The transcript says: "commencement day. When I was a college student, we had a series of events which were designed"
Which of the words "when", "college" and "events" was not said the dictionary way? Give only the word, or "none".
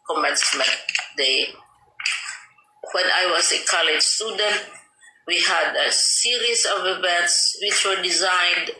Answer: events